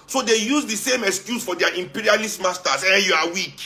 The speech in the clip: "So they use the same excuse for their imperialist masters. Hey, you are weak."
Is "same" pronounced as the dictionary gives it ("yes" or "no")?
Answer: yes